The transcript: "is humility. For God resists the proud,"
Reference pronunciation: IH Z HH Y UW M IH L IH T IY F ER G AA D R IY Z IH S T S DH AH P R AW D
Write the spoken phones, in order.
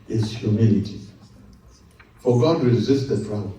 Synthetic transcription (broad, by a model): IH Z HH Y UW M IH L IH T IY F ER G AA D R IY Z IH S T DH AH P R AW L